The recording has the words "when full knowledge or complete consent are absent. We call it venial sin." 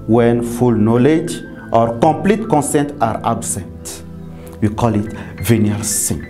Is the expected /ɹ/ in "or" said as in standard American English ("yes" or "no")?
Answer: yes